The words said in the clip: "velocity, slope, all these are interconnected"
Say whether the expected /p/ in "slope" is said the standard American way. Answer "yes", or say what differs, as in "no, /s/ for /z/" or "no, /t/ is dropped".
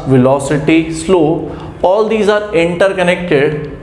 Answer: no, /p/ is dropped